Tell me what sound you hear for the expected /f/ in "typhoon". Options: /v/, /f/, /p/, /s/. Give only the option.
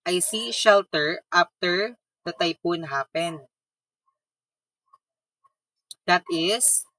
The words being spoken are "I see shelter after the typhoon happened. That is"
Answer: /p/